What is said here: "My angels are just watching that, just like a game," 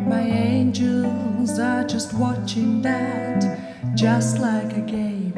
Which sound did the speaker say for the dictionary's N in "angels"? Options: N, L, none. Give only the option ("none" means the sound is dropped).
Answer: N